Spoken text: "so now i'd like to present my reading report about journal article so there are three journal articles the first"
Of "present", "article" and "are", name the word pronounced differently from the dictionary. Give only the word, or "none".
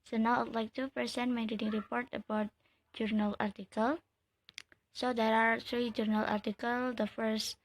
present